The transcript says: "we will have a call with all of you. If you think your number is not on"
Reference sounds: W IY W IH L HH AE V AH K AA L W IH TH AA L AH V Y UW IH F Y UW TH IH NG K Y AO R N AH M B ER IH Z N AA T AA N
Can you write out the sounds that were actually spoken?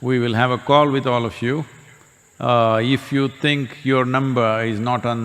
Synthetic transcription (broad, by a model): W IY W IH L HH AE V AH K AA L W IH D AA L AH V Y UW IH F Y UW T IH NG K Y AO R N AH M B ER IH Z N AA T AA N